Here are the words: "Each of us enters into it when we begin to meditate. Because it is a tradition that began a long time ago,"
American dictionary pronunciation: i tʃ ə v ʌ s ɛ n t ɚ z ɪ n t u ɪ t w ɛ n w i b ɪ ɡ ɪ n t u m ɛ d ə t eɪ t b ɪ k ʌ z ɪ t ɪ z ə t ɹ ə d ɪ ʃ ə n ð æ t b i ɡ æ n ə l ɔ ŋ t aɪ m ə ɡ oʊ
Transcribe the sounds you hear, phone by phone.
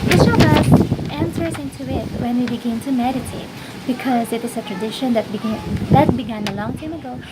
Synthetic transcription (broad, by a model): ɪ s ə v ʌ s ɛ n s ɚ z ɪ n t u ɪ t w ɛ n w i b ɪ ɡ ɪ n t u m ɛ d ə t eɪ t b ɪ k ʌ z ɪ t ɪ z ə t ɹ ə d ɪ ʃ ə n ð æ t b i ɡ æ n ə l ɔ ŋ t aɪ m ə ɡ oʊ